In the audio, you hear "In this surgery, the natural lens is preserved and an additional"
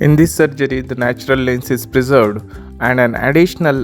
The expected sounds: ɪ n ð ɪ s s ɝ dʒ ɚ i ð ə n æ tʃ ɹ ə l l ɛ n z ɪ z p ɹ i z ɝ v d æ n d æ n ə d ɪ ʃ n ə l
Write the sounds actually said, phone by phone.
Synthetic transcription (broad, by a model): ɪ n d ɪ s s ɝ dʒ ɚ i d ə n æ tʃ ɹ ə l l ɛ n s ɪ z p ɹ i z ɝ v d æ n d æ n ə d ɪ ʃ n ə l